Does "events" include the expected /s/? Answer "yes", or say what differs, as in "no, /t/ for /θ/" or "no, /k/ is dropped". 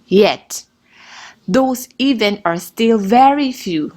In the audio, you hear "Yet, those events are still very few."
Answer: no, /s/ is dropped